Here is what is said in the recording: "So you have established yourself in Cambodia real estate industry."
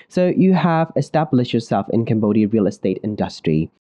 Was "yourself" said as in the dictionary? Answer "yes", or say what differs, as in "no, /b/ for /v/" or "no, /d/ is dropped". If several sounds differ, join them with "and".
yes